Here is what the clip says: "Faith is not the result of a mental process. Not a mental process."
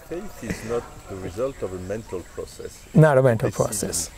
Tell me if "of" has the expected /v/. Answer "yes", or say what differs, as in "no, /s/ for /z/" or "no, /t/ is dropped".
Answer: yes